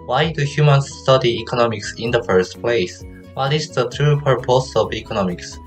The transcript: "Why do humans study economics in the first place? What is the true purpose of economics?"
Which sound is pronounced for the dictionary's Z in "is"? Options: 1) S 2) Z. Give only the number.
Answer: 1